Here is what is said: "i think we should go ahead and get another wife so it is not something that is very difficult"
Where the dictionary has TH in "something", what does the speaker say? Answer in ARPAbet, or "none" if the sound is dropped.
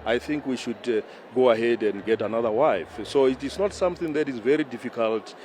TH